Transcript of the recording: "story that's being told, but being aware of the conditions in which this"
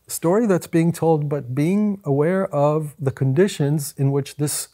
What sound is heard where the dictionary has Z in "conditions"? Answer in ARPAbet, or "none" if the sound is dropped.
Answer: Z